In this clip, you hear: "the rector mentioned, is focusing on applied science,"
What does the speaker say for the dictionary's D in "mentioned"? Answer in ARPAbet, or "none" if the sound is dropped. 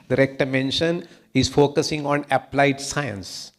none